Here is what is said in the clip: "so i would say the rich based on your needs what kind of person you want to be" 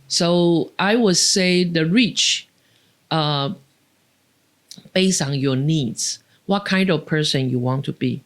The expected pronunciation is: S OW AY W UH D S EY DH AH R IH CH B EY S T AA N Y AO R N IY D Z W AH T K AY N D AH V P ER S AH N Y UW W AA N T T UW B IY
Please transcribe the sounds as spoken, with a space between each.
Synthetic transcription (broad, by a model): S OW AY W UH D S EY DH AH R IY CH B EY S AA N Y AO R N IY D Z W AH T K AY N D AH V P ER S AH N Y UW W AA N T T UW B IY